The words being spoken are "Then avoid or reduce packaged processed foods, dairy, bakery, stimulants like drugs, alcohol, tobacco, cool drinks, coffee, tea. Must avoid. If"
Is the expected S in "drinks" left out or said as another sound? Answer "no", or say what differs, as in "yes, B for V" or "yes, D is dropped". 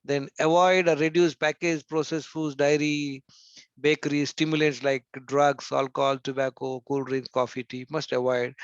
yes, S is dropped